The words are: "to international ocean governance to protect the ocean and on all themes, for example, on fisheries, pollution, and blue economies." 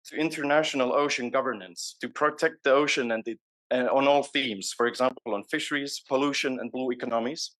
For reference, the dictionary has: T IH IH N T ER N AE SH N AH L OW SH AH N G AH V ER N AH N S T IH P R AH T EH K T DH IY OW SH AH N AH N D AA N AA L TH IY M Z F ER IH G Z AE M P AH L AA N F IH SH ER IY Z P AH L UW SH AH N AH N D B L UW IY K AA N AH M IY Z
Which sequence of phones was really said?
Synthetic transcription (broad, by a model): T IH IH N T ER N AE SH N AH L OW SH AH N G AH V ER N AH N S T IH P R AH T EH K T DH IY OW SH AH N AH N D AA N AA L TH IY M Z F ER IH G Z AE M P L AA N F IH SH ER IY Z P AH L UW SH AH N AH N B L UW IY K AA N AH M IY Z